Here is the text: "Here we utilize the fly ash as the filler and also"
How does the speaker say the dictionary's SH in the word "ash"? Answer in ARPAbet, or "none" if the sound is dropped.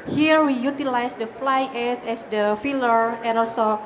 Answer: S